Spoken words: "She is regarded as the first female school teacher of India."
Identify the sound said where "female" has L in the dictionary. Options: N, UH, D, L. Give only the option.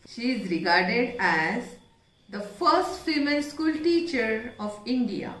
N